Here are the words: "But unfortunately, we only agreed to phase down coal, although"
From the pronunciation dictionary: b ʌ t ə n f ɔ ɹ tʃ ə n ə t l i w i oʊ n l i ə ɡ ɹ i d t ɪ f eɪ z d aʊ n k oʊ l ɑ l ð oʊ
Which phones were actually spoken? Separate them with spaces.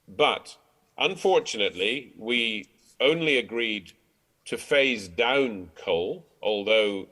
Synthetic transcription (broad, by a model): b ʌ t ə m f ɔ ɹ tʃ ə n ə t l i w i oʊ n l i ə ɡ ɹ i d t ɪ f eɪ z d aʊ n k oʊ l ɑ l ð oʊ